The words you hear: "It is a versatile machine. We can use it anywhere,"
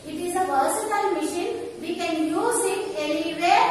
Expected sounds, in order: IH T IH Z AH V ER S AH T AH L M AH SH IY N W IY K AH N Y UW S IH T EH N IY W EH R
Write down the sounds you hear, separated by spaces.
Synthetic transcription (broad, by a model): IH T IH Z AH P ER S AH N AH L M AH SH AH N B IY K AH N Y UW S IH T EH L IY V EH